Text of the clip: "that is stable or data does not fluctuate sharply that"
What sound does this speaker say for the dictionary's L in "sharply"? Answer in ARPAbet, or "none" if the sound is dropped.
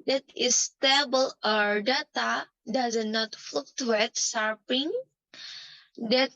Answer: none